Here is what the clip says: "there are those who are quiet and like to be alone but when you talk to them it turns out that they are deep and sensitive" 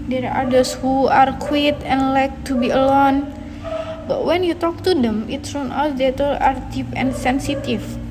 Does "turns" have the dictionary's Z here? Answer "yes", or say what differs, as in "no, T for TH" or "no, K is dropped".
no, Z is dropped